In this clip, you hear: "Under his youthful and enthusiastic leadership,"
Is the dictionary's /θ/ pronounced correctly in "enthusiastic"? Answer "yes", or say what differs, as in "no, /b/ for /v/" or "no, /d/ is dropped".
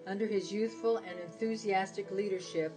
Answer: yes